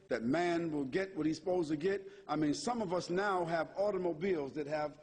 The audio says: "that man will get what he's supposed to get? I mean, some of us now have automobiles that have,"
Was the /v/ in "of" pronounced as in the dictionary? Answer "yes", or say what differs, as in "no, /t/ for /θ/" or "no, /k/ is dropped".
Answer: yes